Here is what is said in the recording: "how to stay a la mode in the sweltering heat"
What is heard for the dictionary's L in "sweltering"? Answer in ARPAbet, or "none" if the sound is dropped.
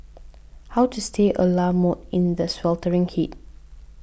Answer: L